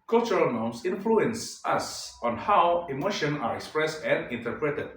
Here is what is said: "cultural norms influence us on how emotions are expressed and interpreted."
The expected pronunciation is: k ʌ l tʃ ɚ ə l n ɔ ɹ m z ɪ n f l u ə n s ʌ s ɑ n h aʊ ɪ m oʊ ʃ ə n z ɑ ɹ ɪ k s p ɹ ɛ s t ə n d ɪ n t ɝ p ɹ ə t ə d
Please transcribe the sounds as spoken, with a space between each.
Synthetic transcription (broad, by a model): k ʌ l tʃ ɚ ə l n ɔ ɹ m s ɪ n f l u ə n s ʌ s ɑ n h aʊ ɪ m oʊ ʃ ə n ɑ ɹ ɪ k s p ɹ ɛ s t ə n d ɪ n t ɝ p ɹ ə t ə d